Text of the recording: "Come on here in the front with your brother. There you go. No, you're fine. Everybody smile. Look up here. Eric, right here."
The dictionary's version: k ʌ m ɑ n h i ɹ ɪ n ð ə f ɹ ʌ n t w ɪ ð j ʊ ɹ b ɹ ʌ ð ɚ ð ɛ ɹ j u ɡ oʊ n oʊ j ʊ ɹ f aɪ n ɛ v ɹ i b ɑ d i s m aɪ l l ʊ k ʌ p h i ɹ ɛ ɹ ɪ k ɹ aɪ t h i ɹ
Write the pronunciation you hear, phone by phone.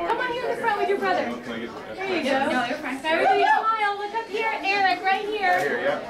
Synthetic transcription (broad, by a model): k ʌ m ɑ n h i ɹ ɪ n ð ə f ɹ ʌ n t w ɪ ð j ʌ ɹ b ɹ ʌ ð ɚ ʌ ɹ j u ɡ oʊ n oʊ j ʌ ɹ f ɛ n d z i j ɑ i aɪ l l ʊ k ʌ p h i ɹ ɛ l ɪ k ɹ aɪ t h i ɹ